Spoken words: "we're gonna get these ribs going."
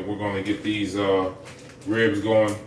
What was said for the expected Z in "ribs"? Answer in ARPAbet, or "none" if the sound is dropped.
Z